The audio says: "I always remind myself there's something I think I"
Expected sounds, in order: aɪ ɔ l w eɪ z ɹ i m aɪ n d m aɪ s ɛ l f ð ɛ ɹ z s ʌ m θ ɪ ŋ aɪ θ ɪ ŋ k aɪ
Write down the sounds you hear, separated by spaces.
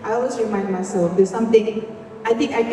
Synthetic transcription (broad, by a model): aɪ ɔ l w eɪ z ɹ i m aɪ n d m aɪ s ɛ l f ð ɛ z s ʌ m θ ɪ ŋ aɪ t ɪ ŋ k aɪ